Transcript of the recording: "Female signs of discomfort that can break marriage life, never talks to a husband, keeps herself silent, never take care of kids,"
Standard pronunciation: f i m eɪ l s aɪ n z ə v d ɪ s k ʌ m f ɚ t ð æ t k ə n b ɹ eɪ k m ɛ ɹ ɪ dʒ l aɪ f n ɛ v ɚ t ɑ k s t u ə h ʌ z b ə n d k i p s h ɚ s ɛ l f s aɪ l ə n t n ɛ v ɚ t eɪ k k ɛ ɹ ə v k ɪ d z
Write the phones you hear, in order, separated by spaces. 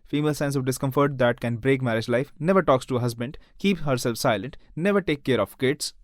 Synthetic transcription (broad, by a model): f i m eɪ l s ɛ n s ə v d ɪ s k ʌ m f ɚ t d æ t k ə n b ɹ eɪ k m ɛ ɹ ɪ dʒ l aɪ f n ɛ v ɚ t ɑ k s t u ə h ʌ z b ə n d k i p h ɚ s ɛ l f s aɪ l ə n t n ɛ v ɚ t eɪ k k ɛ ɹ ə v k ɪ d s